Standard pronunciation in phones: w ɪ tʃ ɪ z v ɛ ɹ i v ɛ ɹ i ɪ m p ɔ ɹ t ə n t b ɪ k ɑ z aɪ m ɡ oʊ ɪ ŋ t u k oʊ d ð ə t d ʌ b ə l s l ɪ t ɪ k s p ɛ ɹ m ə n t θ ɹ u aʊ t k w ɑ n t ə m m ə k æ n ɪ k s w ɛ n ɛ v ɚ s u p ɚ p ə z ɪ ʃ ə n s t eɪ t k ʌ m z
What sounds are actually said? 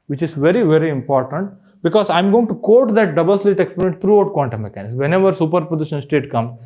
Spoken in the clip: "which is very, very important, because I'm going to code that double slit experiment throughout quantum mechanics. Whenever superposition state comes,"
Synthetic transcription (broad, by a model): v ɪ tʃ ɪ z v ɛ ɹ i v ɛ ɹ i ɪ m p ɔ ɹ t ə n t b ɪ k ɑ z aɪ m ɡ oʊ ɪ ŋ t u k oʊ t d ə t d ʌ b ə l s l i t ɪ k s p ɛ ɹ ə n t t ɹ u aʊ t k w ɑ n t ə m m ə k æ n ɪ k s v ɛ n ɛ v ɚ s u p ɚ p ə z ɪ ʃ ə n s t eɪ t k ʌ m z